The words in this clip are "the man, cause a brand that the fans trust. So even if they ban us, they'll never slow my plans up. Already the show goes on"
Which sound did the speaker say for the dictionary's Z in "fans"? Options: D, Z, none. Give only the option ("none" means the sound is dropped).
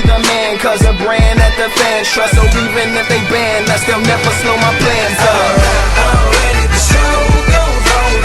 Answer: none